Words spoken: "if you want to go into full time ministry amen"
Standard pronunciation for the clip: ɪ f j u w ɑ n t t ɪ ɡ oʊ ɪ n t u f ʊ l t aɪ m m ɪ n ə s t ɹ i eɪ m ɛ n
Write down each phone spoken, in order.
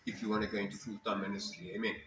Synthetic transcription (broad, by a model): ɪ f j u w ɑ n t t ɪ ɡ oʊ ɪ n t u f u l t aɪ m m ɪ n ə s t i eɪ m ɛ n